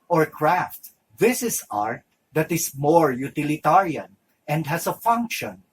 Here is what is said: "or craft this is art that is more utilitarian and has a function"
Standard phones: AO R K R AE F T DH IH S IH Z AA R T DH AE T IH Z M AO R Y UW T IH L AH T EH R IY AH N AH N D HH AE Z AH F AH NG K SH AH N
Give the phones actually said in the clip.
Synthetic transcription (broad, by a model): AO R K R AE F T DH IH S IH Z AA R T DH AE T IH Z M AO R Y UW T IH L AH T EH R IY AH N AH N D HH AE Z AH F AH NG K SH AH N